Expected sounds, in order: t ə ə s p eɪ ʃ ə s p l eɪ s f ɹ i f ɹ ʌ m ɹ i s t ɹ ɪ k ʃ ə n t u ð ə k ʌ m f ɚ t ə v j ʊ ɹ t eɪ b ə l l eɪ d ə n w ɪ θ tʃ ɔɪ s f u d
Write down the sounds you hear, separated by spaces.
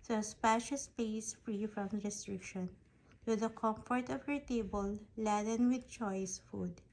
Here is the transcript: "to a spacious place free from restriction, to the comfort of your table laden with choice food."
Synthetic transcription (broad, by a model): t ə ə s p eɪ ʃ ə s p eɪ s f ɹ i f ɹ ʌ m ɹ i s t ɹ ɪ k ʃ ə n t u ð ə k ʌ m f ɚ t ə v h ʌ ɹ t eɪ b ə l l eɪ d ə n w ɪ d tʃ ɔɪ s f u d